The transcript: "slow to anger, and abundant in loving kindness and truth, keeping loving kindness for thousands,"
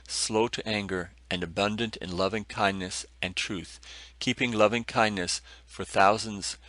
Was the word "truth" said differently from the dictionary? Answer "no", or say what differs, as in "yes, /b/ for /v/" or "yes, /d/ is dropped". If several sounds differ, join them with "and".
no